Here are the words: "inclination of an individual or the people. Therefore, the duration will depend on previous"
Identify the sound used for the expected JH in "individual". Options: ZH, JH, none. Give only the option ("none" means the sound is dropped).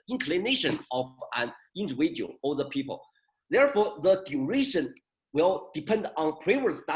none